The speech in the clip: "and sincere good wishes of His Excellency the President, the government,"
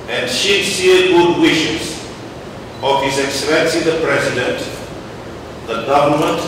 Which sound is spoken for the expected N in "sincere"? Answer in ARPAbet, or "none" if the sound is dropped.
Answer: none